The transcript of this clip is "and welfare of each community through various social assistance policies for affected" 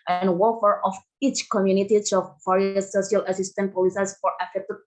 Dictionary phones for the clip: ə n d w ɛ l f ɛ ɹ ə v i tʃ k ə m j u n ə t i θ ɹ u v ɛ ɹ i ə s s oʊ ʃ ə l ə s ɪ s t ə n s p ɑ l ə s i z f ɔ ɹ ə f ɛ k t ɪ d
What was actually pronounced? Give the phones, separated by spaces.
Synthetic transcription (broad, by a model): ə n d w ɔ f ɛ ɹ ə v i tʃ k ə m j u n ə t i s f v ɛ ɹ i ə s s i ə l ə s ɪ s t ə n p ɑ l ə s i s f ɔ ɹ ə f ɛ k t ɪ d